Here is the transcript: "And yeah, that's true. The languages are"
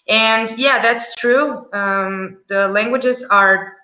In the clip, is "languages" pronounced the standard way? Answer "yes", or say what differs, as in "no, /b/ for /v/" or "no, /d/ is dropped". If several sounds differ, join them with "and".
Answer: yes